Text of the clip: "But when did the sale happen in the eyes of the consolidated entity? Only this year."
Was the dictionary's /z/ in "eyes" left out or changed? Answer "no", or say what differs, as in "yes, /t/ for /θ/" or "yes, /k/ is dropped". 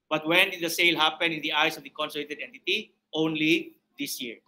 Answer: yes, /s/ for /z/